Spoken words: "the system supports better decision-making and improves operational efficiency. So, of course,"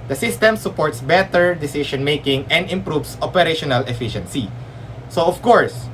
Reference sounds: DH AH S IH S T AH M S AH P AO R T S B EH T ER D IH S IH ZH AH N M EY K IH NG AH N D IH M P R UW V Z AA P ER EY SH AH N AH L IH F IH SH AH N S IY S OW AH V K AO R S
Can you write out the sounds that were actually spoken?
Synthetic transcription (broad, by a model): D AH S IH S T AH M S AH P AO R T S B EH T ER D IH S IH SH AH N M EY K IH NG AH N D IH M P R UW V S AA P ER EY SH AH N AH L IH F IH SH AH N S IY S OW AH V K AO R S